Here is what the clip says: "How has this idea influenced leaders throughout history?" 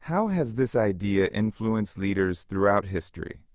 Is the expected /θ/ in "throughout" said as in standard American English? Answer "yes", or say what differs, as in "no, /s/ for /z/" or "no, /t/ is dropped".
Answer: yes